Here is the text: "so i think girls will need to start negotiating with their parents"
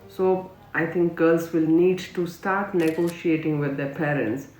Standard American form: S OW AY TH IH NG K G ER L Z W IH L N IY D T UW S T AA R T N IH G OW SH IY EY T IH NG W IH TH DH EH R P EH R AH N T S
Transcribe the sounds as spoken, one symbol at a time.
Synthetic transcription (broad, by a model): S OW AY T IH NG K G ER L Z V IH L N IY D T UW S T AA R T N IH G OW SH IY EY T IH NG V IH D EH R P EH R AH N T S